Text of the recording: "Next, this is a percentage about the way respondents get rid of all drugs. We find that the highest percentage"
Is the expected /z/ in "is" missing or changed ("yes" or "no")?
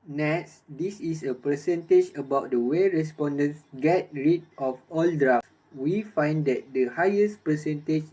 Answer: yes